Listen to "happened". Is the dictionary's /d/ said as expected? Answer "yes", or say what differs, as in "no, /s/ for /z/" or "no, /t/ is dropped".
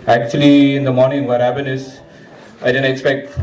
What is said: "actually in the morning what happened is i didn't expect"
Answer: no, /d/ is dropped